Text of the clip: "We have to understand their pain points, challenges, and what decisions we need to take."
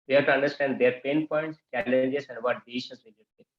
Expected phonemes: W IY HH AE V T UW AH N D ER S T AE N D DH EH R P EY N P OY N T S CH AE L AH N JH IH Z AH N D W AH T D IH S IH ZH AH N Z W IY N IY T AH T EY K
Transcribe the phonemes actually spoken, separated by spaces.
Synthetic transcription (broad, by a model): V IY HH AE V T UW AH N D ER S T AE N D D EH R P EY N P OY N T S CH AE L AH N JH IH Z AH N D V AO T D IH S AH Z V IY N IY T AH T